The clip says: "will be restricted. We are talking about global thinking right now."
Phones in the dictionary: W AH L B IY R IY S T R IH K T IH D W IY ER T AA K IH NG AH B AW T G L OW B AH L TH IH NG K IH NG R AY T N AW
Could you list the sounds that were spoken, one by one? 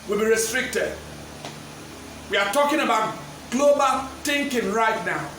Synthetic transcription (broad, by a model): W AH L B IY R IY S T R IH K T IH D W IY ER T AA K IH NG AH B AW T G L OW B AH L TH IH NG K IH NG R AY T N AW